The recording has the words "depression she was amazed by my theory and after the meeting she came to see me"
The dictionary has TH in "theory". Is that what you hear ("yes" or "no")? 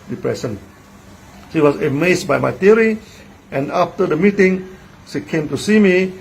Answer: no